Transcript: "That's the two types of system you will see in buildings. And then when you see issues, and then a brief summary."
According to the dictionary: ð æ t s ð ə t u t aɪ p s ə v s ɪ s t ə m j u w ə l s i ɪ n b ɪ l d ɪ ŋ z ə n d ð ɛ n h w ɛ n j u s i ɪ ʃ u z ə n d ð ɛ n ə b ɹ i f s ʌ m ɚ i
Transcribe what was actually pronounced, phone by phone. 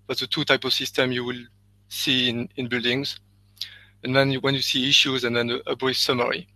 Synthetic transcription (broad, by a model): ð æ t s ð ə t u t aɪ p ə v s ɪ s t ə m j u w ə l s i ɪ n b ɪ l d ɪ ŋ z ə n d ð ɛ n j w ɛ n j u s i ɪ ʃ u z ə n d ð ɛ n ə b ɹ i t s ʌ m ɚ i